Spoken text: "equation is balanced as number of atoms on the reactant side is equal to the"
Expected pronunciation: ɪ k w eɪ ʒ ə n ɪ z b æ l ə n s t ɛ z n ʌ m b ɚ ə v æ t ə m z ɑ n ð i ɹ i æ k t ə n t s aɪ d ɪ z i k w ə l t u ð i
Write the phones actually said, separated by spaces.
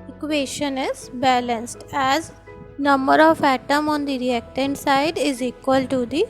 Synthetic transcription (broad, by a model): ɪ k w eɪ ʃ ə n ɪ z b æ l ə n s t ɛ z n ʌ m b ɚ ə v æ t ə m ɑ n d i ɹ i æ k t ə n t s aɪ d ɪ z i k w ə l t u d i